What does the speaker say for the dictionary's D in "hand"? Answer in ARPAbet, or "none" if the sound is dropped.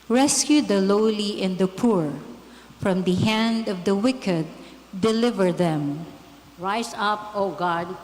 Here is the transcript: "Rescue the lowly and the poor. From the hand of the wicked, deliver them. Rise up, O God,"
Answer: D